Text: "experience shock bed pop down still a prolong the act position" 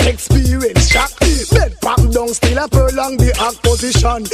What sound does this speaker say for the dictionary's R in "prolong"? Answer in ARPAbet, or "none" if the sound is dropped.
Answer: none